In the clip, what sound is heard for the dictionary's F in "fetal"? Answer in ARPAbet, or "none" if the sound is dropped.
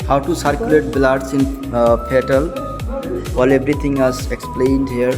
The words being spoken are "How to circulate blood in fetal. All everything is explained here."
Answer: P